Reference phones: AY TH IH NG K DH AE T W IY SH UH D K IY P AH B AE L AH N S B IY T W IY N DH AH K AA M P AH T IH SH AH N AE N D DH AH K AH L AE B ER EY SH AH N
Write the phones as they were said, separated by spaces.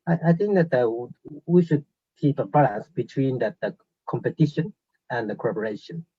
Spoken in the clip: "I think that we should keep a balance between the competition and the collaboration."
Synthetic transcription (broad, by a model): AY TH IH NG K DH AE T W IY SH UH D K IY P AH B AE L AH N S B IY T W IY N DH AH K AA M P AH T IH SH AH N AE N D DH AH K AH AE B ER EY SH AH N